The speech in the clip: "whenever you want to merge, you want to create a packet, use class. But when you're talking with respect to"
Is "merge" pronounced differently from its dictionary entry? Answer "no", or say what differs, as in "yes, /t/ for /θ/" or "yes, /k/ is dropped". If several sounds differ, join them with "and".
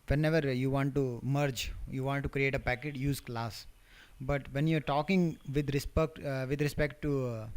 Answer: no